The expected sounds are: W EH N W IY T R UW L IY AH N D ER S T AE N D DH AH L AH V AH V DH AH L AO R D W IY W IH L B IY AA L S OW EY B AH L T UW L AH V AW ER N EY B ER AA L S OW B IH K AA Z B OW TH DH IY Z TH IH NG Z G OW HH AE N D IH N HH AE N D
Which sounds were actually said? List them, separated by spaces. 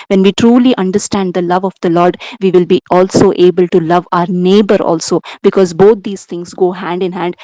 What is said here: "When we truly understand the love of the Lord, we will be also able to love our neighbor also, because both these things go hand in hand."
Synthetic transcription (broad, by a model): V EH N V IY T R UW L IY AH N D ER S T AE N D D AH L AH V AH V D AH L AO R D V IY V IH L B IY AA L S OW EY B AH L T UW L AH V AW ER N EY B ER AA L S OW B IH K AA Z B OW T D IY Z T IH NG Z G OW HH AE N D IH N HH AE N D